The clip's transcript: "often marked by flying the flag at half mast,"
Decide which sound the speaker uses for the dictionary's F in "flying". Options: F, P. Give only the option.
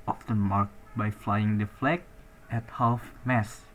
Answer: F